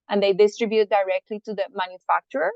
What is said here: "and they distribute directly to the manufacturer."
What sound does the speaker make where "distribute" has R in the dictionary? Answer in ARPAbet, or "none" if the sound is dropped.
R